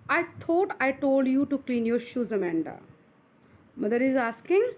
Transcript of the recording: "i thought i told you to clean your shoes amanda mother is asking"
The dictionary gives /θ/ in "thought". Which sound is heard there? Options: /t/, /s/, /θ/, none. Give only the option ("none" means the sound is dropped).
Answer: /t/